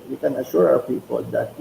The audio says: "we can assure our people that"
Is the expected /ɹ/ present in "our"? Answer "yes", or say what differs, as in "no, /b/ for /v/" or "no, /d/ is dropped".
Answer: no, /w/ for /ɹ/